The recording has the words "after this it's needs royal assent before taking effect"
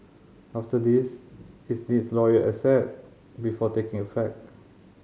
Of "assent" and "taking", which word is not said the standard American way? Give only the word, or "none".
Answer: assent